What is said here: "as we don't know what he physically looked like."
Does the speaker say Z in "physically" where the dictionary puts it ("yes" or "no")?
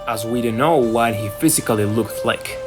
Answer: yes